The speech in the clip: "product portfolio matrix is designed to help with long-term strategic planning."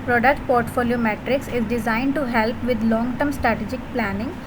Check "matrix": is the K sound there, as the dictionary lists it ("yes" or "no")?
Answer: yes